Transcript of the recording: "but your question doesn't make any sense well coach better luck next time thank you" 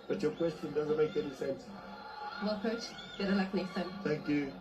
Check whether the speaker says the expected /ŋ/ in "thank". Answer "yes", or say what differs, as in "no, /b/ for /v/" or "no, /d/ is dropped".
yes